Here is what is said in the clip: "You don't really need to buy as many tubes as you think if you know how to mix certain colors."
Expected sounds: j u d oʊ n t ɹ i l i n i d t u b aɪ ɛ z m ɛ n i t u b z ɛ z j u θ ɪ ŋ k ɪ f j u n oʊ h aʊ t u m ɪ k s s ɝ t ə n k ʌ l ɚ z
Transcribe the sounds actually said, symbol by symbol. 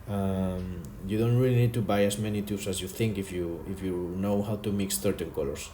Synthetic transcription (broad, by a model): j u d oʊ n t ɹ i l i n i d t u b aɪ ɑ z m ɛ n i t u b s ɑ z j u θ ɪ ŋ k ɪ f j u n oʊ h aʊ t u m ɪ k s θ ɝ t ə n k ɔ l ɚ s